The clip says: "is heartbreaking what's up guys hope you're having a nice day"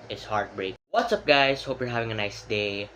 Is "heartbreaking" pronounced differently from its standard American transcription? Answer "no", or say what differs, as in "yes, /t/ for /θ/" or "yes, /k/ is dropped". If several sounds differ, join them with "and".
yes, /k/ is dropped